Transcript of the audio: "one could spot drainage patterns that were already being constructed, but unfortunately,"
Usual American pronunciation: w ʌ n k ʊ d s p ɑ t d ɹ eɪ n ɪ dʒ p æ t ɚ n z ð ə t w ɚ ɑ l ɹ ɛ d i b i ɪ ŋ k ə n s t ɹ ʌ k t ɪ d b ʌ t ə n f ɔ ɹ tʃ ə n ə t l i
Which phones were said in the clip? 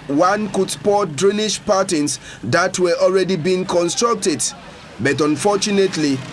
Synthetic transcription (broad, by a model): w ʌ n k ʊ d s p ɑ t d ɹ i n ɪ ʃ p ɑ t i n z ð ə t w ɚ ɑ l ɹ ɛ d i b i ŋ k ə n s t ɹ ʌ k t ɪ d b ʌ t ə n f ɔ tʃ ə n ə t l i